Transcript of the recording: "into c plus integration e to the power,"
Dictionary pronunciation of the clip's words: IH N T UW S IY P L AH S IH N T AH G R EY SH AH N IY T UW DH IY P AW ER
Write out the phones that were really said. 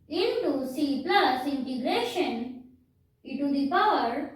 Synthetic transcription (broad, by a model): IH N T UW S IY P L AH S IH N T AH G L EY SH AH N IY T UW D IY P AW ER